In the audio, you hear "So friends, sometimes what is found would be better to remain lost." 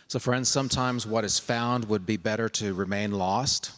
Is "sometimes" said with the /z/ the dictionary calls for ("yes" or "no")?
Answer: yes